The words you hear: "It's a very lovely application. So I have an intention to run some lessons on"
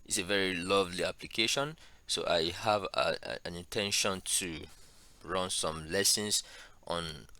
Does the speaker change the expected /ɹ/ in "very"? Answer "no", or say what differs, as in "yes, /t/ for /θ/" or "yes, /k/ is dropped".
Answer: no